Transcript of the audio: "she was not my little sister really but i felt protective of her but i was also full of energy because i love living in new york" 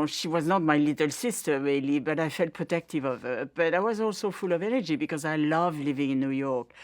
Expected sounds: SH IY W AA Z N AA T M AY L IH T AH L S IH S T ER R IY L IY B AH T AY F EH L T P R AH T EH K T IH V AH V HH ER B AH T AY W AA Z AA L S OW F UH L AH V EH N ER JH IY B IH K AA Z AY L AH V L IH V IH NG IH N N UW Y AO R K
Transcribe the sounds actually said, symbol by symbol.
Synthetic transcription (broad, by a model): SH IY W AA Z N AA T M AY L IH T AH L S IH S T ER R IY L IY B AH T AY F EH L T P R AH T EH K T IH V AH V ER B AH T AY W AA Z AA L S OW F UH L AH V EH N ER JH IY B IH K AA Z AY L AH V L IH V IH NG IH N N UW Y AO R K